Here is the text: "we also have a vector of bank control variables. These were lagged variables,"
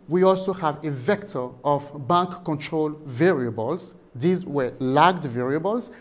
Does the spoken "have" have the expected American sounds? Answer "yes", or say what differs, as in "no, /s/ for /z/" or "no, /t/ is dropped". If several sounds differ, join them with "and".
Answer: yes